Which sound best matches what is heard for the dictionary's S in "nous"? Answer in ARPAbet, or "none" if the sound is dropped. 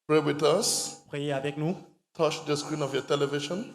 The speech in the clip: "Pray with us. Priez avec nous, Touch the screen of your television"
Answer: none